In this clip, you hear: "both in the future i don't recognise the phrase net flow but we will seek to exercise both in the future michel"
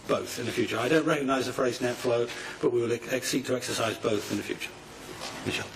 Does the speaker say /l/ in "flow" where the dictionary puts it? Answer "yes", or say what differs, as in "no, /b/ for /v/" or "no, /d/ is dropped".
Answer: yes